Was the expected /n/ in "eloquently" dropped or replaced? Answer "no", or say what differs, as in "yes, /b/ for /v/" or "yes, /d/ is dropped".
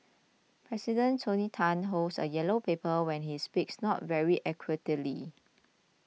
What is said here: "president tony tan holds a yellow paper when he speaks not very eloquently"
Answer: yes, /n/ is dropped